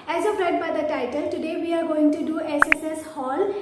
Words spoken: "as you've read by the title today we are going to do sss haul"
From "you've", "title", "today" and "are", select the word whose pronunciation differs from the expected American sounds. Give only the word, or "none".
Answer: you've